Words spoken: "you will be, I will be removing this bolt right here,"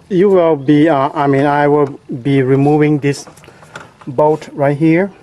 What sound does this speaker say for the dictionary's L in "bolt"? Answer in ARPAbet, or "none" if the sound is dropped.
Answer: none